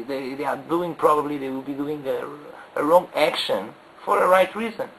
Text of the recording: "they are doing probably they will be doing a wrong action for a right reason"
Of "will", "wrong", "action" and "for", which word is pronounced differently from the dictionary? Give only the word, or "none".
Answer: none